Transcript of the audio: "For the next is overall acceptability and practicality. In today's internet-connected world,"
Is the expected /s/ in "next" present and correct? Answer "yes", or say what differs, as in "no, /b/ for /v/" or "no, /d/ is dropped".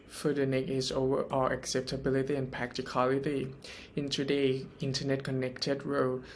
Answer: no, /s/ is dropped